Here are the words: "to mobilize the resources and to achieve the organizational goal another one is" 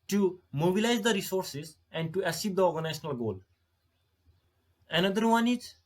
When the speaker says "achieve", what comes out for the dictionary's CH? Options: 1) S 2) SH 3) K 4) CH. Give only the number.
1